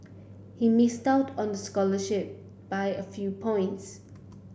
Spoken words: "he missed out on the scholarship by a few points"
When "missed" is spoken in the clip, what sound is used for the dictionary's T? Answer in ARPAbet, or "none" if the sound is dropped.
T